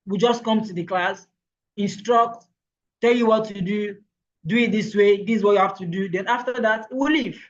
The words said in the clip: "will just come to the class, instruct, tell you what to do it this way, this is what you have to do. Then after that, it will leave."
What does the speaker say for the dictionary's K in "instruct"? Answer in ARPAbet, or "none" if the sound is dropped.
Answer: K